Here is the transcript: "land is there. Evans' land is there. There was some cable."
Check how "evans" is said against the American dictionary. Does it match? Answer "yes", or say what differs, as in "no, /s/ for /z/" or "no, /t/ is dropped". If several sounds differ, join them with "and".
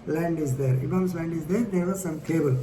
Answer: no, /b/ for /v/